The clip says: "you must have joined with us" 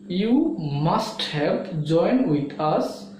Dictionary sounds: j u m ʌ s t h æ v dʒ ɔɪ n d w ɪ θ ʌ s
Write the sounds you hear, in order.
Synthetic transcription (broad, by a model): j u m ʌ s t h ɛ p dʒ ɔɪ n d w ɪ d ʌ s